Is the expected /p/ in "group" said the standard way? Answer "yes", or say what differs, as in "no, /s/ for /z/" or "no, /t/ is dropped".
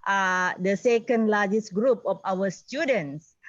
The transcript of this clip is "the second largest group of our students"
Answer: yes